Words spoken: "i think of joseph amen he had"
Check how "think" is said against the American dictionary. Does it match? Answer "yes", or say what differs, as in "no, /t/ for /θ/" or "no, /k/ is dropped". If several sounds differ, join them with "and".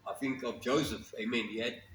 yes